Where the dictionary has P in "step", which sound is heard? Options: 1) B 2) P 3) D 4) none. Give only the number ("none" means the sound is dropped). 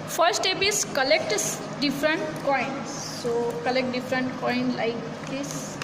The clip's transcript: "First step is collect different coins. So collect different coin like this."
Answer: 1